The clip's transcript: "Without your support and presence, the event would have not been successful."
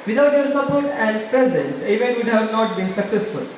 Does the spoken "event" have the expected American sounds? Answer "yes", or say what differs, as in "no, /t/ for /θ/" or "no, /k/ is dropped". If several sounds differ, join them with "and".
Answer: no, /n/ is dropped